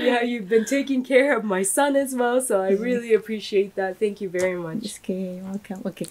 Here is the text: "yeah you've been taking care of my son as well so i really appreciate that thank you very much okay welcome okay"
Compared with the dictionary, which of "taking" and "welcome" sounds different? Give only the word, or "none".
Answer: welcome